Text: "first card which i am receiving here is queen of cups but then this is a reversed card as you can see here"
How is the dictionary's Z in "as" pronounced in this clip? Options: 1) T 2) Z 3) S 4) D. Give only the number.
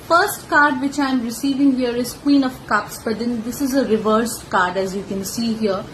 2